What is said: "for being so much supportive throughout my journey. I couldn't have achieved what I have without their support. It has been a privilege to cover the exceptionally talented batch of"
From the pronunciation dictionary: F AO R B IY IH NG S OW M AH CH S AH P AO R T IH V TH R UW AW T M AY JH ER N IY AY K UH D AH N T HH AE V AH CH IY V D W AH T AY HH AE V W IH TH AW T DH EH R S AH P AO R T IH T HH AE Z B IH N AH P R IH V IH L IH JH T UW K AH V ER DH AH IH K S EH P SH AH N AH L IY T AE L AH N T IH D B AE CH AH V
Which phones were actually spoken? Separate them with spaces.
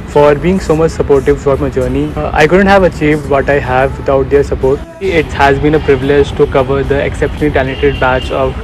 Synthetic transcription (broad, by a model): F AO R B IY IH NG S OW M AH CH S AH P AO R T IH V F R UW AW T M AY JH ER N IY AY K UH D AH N T HH AE V AH CH IY V D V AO T AY HH AE V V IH T AW T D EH R S AH P AO R T IH T HH AE Z B IH N AH P R IH V IH L IH JH T UW K AH V ER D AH IH K S EH P SH AH N AH L IY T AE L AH T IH D B AE CH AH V